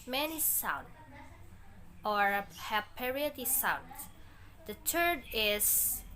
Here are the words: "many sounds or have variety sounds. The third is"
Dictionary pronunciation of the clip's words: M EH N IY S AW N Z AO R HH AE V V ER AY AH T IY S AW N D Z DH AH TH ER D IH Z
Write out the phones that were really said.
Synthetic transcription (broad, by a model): M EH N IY S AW N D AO R HH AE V P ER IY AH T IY S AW N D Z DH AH T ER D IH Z